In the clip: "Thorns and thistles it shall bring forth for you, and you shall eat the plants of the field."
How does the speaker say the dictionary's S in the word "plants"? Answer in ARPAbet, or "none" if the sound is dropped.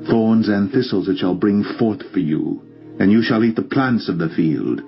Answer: S